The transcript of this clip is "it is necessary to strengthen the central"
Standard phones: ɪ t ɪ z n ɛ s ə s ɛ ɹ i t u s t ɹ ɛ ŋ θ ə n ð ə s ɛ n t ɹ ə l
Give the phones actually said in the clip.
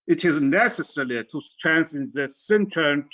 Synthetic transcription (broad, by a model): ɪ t ɪ z n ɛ s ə s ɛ l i t u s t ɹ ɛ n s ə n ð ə s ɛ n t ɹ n